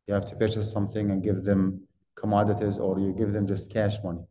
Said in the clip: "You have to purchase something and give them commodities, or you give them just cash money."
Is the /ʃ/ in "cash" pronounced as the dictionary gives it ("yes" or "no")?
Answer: yes